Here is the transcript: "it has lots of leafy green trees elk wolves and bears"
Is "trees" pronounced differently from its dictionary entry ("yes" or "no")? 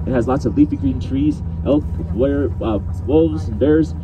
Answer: no